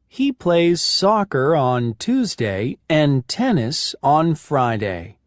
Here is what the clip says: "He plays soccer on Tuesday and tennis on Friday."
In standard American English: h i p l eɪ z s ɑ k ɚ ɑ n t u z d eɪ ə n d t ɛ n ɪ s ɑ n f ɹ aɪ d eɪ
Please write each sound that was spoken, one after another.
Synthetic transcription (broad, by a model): h i p l eɪ z s ɑ k ɚ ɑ n t u z d eɪ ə n t ɛ n ɪ s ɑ n f ɹ aɪ d eɪ